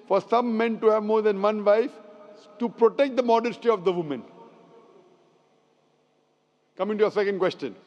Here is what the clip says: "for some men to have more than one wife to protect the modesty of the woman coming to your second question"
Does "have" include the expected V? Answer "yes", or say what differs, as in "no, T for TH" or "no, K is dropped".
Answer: yes